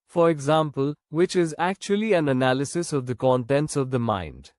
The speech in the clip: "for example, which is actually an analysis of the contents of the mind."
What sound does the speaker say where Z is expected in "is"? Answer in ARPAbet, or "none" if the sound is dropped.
Z